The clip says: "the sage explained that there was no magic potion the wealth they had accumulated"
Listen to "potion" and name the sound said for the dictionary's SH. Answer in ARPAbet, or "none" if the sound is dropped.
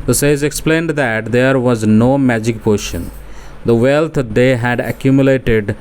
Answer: SH